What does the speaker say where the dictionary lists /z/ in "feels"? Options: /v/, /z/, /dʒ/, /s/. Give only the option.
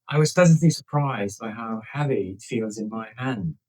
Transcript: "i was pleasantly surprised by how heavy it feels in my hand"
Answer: /z/